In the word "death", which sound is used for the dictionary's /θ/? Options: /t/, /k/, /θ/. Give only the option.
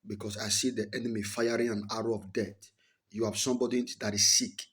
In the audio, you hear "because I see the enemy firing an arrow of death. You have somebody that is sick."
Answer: /t/